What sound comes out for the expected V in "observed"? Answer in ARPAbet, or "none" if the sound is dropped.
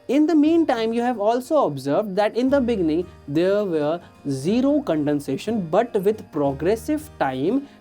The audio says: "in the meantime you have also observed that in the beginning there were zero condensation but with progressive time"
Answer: V